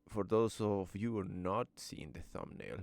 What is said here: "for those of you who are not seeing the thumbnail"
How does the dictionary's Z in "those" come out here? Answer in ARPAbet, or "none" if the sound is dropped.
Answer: S